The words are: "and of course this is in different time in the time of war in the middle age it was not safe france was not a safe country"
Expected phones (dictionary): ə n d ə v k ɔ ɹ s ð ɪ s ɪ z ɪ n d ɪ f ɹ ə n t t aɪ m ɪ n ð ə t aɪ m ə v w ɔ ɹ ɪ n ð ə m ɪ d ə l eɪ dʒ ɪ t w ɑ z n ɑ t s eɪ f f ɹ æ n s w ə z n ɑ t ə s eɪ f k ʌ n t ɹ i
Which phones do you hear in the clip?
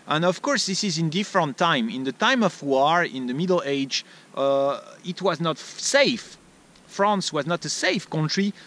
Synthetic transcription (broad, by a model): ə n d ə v k ɔ ɹ s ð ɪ s ɪ z ɪ n d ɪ f ɹ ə n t t aɪ m ɪ n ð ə t aɪ m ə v w ɔ ɹ ɪ n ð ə m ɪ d l eɪ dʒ ɪ t w ɑ z n ɑ t s eɪ f f ɹ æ n s w ə z n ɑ t ə s eɪ f k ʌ n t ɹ i